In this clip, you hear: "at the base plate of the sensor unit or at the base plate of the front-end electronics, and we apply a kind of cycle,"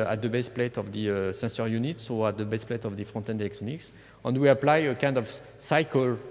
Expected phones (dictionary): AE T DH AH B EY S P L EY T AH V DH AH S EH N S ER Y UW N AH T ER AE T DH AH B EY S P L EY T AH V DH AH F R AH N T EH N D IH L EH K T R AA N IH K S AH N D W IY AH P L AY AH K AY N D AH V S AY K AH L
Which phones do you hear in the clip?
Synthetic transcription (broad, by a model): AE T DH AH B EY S P L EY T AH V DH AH S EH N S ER Y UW N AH T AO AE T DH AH B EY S P L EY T AH V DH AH F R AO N T EH N D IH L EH K T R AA N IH K S AH N D W IY AH P L AY AH K AY N D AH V S AY K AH L